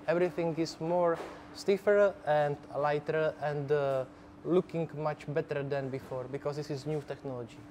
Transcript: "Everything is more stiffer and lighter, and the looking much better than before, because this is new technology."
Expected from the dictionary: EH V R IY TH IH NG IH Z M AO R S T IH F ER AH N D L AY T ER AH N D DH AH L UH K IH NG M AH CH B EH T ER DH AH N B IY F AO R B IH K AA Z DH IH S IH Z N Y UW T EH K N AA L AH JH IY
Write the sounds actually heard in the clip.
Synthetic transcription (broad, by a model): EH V R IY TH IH NG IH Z M AO R S T IH F ER AH N D L AY T ER AH N D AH L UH K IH NG M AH CH B EH T ER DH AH N B IY F AO R B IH K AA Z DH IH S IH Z N Y UW T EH K N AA L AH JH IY